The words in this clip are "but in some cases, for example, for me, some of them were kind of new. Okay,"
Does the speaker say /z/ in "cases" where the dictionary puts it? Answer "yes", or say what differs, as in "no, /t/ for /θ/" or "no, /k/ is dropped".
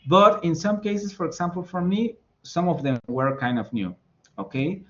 no, /s/ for /z/